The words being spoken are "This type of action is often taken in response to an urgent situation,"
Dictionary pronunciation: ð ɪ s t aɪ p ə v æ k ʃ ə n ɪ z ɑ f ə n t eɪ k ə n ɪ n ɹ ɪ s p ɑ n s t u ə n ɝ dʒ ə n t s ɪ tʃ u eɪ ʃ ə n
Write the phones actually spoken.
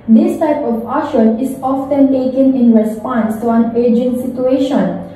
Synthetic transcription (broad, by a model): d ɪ s t aɪ p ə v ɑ ʃ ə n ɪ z ɑ f ə n t eɪ k ə n ɪ n ɹ ɪ s p ɑ n s t u ə n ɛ dʒ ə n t s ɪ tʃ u eɪ ʃ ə n